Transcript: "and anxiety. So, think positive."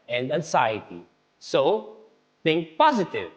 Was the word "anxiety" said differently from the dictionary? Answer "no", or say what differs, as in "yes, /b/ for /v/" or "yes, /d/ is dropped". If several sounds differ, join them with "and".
yes, /s/ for /z/